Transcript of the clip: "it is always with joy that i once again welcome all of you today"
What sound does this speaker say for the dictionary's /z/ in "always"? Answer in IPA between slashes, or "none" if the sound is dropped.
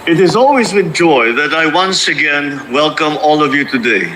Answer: /z/